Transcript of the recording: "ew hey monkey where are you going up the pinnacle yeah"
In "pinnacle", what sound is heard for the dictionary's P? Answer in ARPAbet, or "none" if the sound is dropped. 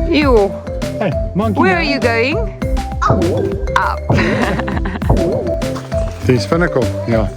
F